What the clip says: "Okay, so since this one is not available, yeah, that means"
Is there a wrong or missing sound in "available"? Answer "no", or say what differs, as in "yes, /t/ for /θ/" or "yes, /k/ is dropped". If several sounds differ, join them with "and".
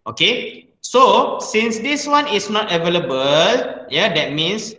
no